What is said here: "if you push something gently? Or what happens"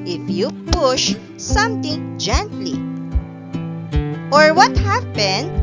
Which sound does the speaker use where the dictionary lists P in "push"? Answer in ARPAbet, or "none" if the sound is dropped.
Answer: P